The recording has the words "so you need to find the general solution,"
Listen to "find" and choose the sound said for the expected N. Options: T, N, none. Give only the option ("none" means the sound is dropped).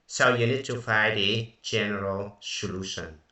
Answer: none